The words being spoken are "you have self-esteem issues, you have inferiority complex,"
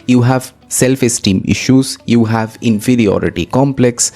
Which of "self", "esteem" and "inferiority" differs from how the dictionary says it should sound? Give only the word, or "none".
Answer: none